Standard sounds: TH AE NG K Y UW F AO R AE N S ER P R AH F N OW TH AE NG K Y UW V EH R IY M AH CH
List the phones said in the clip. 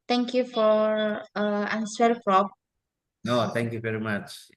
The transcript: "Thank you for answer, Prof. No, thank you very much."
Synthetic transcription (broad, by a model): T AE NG K Y UW F AO R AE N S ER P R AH P N OW T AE NG K Y UW V EH R IY M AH CH